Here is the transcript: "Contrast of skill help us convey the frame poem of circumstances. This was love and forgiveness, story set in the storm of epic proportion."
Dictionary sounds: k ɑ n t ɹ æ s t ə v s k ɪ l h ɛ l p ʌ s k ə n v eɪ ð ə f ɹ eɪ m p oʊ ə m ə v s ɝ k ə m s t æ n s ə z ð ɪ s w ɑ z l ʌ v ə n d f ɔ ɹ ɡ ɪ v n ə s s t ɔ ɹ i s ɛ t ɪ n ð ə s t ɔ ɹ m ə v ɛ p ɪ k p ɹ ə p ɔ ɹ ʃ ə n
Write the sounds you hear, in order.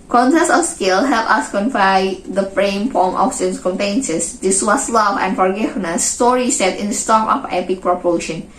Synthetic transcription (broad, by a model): k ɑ n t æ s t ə f s k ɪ l h ɛ l p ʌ s k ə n f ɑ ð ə f ɹ eɪ m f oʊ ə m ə f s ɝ k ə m t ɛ n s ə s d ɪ s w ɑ s l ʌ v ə n f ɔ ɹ ɡ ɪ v n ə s s t ɔ ɹ i s ɛ t ɪ n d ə s t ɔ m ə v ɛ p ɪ k p ɹ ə p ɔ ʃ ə n